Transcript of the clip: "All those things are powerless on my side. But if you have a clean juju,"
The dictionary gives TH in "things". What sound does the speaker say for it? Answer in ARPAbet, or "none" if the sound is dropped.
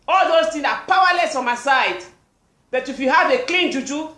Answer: T